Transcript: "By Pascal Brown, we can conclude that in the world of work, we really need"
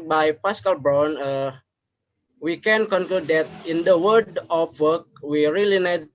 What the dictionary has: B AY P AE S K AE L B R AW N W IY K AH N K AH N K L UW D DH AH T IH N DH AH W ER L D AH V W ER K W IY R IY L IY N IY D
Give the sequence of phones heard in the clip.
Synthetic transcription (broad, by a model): B AY P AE S K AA L B R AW N W IY K AH N K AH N K L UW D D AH T IH N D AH W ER D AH F W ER K W IY R IY L IY N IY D